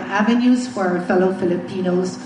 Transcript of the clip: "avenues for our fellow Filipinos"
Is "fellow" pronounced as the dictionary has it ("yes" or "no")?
yes